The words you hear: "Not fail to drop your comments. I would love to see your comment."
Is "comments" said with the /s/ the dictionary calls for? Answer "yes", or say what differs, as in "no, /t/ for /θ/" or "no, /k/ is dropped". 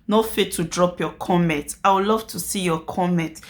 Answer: no, /s/ is dropped